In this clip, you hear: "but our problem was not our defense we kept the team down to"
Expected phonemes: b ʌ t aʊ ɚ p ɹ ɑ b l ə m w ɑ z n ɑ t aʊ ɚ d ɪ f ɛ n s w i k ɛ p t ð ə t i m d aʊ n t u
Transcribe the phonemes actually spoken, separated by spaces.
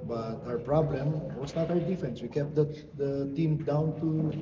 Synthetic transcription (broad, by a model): b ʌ t aʊ ɚ p ɹ ɑ b l ə m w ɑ s n ɑ t aʊ ɚ d ɪ f ɛ n s w i k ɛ p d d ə t i m d aʊ n t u